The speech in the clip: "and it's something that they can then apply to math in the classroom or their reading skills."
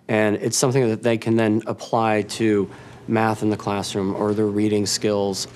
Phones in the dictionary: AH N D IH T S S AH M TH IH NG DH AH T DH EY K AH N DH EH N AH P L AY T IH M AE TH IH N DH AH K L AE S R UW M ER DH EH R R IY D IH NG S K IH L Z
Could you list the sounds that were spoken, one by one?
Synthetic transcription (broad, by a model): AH N IH T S S AH M TH IH NG DH AH T DH EY K AH N DH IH N AH P L AY T IH M AE TH IH N DH AH K L AE S R UW M ER DH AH R R IY D IH NG S K IH L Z